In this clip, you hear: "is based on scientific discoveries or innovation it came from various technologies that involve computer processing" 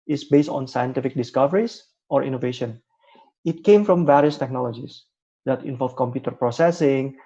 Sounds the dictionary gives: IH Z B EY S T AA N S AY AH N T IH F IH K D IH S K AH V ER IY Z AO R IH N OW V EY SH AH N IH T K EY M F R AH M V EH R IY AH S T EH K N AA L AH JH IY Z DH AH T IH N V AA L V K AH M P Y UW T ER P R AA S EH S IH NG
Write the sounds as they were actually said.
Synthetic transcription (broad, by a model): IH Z B EY S T AA N S AY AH N T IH F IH K D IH S K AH V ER IY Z AO R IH N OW V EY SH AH N IH T K EY M F R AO M V EH R IY AH S T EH K N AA L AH JH IY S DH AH T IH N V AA L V K AH M P Y UW T ER P R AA S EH S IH NG